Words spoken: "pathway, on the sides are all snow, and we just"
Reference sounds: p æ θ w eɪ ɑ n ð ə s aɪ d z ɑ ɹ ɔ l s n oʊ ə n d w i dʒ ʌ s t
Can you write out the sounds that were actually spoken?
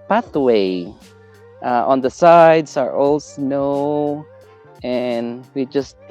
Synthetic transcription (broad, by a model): p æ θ w eɪ ɑ n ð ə s aɪ d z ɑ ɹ ɔ l s n oʊ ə n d w i dʒ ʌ s t